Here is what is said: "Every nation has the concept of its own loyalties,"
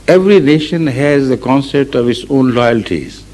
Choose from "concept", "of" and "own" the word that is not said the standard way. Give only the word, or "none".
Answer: none